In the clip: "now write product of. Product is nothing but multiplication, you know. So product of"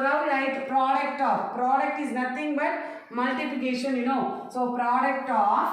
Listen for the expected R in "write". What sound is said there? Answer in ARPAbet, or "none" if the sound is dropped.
L